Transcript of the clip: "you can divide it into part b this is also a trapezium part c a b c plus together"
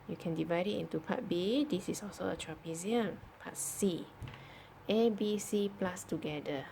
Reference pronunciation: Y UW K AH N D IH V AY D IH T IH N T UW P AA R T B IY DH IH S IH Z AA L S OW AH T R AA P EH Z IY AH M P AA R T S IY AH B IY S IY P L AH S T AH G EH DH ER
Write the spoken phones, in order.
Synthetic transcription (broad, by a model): Y UW K AH N D IH V AY D IH T IH N T UW P AA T B IY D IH S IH S AA L S OW AH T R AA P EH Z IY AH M P AA T S IY AH B IY S IY P L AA S T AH G EH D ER